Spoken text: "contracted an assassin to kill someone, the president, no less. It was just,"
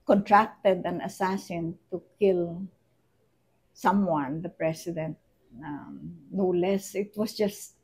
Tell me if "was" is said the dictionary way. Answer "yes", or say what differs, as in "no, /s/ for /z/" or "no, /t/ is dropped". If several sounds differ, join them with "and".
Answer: no, /s/ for /z/